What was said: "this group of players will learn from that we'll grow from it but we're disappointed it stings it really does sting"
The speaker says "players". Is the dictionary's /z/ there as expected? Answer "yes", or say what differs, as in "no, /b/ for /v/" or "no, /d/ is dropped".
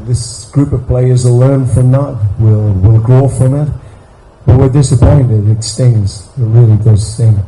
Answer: yes